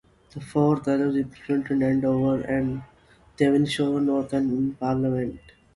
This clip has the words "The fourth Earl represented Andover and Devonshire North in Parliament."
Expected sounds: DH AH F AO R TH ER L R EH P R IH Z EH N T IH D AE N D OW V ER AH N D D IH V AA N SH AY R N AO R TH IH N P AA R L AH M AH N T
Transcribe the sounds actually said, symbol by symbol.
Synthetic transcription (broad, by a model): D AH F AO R T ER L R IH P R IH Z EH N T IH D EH N D OW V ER AH N D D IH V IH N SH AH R N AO R T IH N P AA R L AH M AH N T